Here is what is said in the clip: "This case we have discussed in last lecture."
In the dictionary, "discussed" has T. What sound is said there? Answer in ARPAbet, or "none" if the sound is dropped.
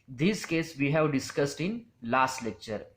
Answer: T